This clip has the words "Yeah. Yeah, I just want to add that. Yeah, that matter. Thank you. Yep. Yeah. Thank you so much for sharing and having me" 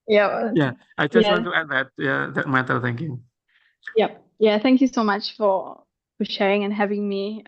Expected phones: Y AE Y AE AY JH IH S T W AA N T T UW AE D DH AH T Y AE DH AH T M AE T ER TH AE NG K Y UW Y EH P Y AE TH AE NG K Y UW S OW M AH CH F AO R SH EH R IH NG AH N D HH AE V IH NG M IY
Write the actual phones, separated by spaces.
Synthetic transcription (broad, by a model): Y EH Y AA AY JH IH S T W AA N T T UW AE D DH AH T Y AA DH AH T M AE T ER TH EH NG K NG Y EH P Y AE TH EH NG K Y UW S OW M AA CH F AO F SH EH R IH NG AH N HH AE V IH NG M IY